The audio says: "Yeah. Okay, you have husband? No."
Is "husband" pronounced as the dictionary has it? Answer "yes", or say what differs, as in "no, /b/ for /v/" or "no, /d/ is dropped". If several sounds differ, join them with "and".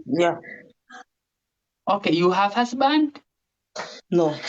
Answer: no, /s/ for /z/